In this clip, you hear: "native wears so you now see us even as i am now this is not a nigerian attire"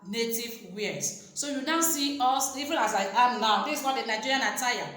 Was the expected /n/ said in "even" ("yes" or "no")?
no